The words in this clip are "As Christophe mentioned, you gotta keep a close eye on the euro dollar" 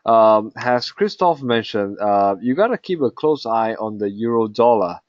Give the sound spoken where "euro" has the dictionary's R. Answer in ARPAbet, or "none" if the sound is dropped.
R